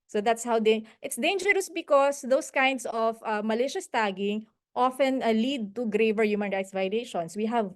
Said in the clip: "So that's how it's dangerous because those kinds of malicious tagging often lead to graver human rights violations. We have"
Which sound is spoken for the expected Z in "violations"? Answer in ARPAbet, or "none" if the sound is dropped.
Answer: S